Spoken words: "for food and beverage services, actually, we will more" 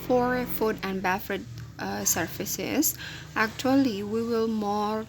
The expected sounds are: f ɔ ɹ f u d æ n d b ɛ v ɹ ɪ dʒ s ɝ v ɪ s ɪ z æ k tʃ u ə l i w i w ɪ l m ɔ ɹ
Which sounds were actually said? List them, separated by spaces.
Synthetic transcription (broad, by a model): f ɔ ɹ f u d æ n d b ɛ f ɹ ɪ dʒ s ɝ f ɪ s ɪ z æ k tʃ u ə l i w i w ɪ l m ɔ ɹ